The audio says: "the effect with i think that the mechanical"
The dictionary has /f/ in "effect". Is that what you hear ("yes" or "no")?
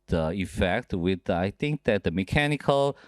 yes